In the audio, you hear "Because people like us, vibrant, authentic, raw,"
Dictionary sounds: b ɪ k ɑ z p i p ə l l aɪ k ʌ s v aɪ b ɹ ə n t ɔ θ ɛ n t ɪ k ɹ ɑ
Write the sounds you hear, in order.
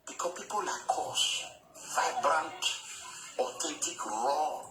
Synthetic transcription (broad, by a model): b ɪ k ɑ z p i p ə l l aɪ k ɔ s v aɪ b ɹ ə n t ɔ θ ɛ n t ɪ k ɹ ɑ